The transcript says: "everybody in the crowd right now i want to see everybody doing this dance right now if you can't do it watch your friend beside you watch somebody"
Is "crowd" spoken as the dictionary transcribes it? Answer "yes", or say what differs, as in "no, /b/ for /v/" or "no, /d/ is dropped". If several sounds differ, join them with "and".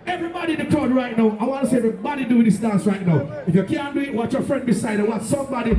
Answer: no, /ɹ/ is dropped